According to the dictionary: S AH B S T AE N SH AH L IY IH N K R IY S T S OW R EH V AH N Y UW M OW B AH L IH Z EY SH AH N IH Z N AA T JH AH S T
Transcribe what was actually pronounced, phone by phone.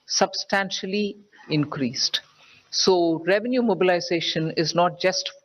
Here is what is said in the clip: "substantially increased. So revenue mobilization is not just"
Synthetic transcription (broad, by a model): S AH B S T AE N SH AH L IY IH N K R IY S T S OW R EH V AH N Y UW M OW B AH L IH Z EY SH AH N IH Z N AA T JH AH S T